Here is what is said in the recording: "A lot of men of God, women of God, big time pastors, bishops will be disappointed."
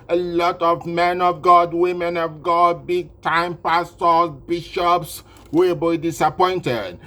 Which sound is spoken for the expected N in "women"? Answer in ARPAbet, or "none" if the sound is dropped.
N